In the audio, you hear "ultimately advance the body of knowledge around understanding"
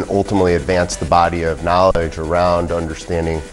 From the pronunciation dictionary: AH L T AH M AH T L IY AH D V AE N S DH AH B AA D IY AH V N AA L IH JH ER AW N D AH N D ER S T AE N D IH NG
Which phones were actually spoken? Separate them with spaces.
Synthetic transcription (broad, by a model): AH L T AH M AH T L IY AH D V AE N S DH AH B AA D IY AH V N AA L IH JH ER AW N D AH N D ER S T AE N D IH NG